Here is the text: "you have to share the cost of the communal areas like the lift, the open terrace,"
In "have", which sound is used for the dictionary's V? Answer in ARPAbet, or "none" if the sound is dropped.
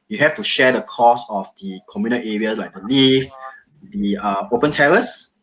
F